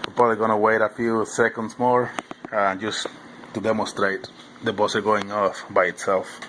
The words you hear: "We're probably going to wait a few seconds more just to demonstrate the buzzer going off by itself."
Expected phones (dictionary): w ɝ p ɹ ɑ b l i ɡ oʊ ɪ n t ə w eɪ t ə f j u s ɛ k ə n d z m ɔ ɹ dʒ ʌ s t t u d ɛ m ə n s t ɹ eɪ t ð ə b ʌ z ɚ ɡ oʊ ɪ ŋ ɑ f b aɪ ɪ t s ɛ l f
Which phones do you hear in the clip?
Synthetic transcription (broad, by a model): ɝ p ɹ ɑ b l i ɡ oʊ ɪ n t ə w eɪ t ə f j u s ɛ k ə n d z m ɔ ɹ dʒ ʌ s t t u d ɛ m ə n s t ɹ eɪ t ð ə b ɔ s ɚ ɡ oʊ ɪ ŋ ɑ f b aɪ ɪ t s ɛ l f